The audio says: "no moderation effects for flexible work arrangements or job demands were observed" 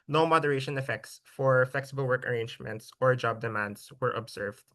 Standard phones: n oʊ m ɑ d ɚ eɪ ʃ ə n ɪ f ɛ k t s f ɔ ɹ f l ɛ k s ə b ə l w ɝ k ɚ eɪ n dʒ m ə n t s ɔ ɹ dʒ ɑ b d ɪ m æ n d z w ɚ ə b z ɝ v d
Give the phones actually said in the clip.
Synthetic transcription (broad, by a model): n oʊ m ɑ d ɚ eɪ ʃ ə n ɪ f ɛ k t s f ɔ ɹ f l ɛ k s ə b ə l w ɝ k ɚ eɪ n dʒ m ə n t s ɔ ɹ dʒ ɑ b d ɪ m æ n d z w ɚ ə b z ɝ v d